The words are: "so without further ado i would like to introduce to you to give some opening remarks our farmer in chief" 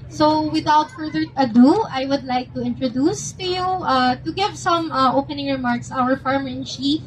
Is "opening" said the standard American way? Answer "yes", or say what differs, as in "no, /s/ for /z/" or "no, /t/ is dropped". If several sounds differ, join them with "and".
yes